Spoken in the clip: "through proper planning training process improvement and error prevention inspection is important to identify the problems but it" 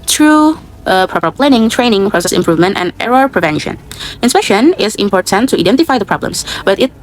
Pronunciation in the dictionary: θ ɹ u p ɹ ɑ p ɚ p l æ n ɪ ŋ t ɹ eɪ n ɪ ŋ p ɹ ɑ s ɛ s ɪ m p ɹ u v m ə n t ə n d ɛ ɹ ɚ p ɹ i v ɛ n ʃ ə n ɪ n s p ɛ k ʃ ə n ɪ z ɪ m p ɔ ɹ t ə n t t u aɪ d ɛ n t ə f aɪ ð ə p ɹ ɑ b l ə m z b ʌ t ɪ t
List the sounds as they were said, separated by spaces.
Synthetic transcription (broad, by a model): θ ɹ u p ɹ ɑ p ɚ p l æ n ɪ ŋ t ɹ eɪ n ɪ ŋ p ɹ ɑ s ɛ s ɪ m p ɹ u v m ə n t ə n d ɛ ɹ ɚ p ɹ i v ɛ n ʃ ə n ɪ n s p ɛ k ʃ ə n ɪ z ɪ m p ɔ ɹ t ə n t t u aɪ d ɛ n t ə f aɪ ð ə p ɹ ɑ b l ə m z b ʌ t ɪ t